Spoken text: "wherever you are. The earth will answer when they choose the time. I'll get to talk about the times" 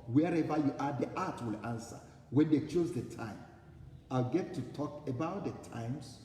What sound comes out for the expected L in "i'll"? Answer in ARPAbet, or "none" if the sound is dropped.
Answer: L